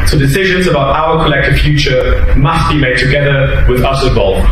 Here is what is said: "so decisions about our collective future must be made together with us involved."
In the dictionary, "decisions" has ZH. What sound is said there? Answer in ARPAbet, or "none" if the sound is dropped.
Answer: ZH